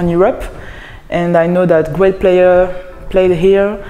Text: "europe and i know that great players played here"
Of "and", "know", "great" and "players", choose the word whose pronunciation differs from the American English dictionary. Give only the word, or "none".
players